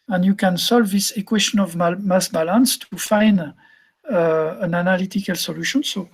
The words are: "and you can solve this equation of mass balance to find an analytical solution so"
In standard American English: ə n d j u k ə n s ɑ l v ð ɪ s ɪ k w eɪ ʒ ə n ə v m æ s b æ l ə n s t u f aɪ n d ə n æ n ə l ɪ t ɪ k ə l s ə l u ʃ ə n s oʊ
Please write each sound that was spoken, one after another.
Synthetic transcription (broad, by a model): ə n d j u k ə n s ɑ l v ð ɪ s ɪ k w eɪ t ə n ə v m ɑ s b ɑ l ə n s t u f aɪ n d ə n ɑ n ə l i t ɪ k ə l s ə l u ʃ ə n s oʊ